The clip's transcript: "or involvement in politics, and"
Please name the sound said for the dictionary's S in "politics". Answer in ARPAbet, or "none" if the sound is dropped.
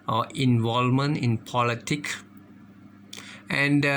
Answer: none